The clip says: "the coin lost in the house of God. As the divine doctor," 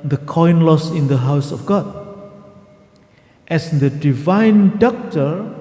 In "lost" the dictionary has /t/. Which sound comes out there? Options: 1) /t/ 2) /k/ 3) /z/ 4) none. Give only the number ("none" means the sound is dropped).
4